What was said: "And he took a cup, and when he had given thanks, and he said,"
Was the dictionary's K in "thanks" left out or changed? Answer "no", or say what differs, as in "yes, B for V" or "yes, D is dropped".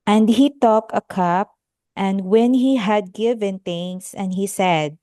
yes, K is dropped